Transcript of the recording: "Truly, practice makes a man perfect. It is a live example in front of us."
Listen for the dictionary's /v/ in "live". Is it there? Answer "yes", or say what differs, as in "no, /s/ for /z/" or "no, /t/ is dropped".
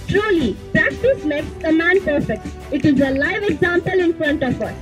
yes